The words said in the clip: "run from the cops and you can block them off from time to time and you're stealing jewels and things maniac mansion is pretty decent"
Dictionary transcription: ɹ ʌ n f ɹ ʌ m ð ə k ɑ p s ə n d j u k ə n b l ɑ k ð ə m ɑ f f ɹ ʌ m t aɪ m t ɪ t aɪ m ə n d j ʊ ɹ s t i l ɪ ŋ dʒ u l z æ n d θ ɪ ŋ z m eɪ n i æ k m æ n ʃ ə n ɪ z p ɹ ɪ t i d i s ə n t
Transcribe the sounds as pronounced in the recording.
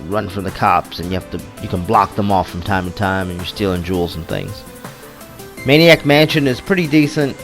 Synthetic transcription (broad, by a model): ɹ ʌ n f ɹ ʌ m ð ə k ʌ p s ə n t j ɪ k ə n b l ɑ k ð ə m ɑ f f ɹ ʌ m t aɪ m t ɪ t aɪ m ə n j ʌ ɹ s t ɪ l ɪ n dʒ u l z n θ ɪ ŋ z m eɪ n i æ k m æ n ʃ ə n ɪ z p ɹ ɪ t i d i s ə n t